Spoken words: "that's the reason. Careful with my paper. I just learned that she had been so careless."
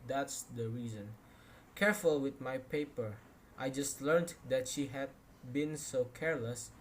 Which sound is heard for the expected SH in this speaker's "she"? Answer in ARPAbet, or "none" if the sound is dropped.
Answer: SH